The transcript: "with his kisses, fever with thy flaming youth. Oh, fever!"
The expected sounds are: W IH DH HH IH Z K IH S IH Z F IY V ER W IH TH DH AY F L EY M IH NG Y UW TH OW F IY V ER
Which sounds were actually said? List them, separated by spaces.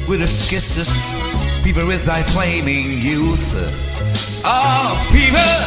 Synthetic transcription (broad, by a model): W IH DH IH S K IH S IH S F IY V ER W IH DH AY F L EY M IH NG Y UW TH OW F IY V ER